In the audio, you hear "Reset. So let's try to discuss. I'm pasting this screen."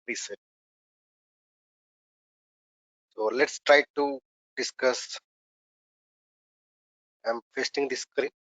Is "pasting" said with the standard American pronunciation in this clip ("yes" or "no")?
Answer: no